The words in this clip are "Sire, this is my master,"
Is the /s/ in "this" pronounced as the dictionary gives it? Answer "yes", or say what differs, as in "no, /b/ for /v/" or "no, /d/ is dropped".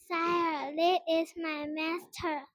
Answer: no, /s/ is dropped